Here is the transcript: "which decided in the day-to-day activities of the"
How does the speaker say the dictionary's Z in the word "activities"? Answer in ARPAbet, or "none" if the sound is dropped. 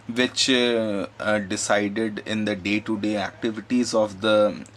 Z